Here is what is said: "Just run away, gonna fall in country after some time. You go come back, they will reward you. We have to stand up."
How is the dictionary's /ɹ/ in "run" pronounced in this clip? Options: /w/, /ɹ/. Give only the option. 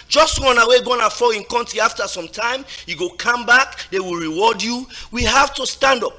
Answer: /w/